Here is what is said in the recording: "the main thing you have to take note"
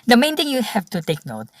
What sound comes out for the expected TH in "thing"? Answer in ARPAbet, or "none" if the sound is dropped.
T